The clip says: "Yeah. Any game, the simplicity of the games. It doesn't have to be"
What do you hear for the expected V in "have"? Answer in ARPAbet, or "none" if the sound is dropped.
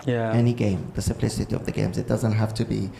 F